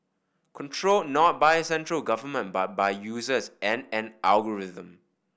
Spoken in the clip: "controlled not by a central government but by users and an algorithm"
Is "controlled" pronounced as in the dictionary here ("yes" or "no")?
yes